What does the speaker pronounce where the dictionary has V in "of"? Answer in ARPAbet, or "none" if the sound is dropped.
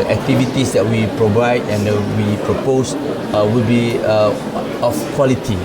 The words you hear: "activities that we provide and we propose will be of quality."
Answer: F